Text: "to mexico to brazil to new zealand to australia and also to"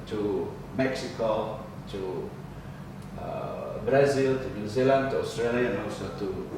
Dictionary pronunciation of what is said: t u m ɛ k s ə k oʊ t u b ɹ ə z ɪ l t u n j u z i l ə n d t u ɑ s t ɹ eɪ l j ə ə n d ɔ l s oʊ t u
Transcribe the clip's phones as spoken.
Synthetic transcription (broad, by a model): t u m ɛ k s ə k oʊ t u b ɹ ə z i l t u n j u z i l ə n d t u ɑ s t ɹ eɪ l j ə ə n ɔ s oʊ t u